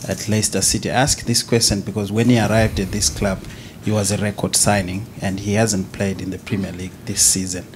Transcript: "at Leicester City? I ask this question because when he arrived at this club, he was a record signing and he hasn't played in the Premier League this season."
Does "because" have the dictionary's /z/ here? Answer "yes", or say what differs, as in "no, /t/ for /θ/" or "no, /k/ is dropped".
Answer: yes